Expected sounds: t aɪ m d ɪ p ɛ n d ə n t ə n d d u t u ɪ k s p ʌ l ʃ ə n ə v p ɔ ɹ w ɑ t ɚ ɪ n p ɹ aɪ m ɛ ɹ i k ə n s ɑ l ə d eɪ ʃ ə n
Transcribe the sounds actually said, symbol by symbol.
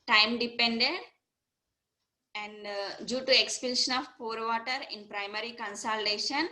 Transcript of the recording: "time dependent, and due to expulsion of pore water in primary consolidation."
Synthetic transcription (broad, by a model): t aɪ m d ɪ p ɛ n d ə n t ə n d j u t u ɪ k s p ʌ n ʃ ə n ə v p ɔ ɹ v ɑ t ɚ ɪ n p ɹ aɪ m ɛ ɹ i k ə n s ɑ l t eɪ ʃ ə n